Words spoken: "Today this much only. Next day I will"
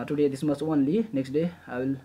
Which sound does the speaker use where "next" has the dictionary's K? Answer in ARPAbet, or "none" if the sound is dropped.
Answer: K